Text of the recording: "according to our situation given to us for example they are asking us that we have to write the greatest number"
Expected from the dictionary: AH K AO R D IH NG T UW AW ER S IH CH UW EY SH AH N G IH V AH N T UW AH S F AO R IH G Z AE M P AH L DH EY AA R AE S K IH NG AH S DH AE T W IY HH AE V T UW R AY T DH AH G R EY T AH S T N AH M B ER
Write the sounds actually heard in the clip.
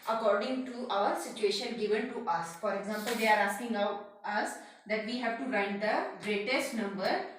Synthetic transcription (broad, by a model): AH K AO R D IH NG T UW AW ER S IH CH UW EY SH AH N G IH V AH N T UW AH S F AO R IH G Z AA M P AH L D EY AA R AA S K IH NG AH S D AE T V IY HH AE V T UW R AY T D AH G R EY T AH S T N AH M B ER